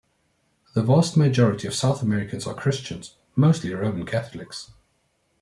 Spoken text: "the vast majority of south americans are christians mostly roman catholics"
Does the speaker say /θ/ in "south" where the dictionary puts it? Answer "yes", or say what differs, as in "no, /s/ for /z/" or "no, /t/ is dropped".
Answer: yes